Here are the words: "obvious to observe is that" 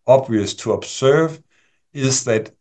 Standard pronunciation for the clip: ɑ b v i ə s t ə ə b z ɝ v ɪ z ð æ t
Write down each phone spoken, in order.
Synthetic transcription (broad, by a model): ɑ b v i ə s t ə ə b s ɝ v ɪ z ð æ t